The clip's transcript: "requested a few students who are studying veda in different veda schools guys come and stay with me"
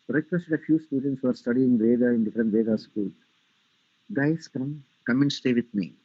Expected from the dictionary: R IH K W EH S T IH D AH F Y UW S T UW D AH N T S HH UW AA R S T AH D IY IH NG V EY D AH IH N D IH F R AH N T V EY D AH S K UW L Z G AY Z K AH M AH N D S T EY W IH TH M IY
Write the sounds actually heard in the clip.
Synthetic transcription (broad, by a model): R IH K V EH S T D AH F Y UW S T UW D AH N T S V AA R S T AH D IY IH NG V EY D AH IH N D IH F R AH N T V EY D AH S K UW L G AY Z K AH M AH N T S T EY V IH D M IY